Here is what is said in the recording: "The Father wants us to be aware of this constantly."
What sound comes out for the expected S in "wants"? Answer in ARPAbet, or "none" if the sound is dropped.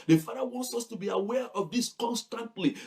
S